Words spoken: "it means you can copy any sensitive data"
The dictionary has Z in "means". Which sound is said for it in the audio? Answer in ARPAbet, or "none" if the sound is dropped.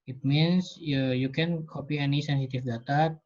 S